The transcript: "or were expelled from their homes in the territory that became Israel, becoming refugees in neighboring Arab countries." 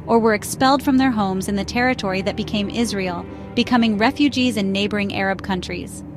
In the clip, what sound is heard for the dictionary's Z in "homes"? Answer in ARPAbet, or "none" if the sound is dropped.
Z